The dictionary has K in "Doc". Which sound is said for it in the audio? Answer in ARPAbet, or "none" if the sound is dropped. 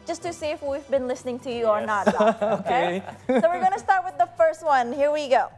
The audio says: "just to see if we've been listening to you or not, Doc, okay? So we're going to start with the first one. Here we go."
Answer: none